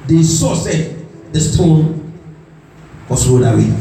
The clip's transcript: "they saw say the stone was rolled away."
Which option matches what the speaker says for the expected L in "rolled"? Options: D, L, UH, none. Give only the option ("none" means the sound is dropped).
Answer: none